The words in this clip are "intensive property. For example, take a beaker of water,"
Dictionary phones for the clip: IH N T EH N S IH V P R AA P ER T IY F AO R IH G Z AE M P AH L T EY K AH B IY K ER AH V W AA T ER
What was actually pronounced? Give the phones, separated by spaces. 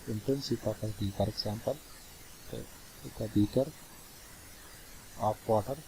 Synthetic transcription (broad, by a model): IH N T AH N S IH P AA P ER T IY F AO R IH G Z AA M P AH L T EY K AH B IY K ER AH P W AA T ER